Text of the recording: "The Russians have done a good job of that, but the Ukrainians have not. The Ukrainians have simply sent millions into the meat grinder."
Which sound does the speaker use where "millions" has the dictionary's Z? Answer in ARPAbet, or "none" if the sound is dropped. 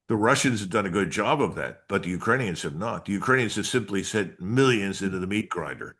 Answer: Z